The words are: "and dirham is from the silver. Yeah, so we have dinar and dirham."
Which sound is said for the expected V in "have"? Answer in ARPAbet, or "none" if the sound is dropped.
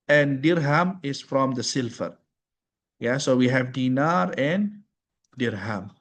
V